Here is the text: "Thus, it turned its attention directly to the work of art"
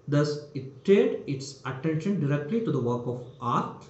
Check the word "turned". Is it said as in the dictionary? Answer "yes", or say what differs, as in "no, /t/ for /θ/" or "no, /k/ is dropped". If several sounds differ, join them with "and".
no, /n/ is dropped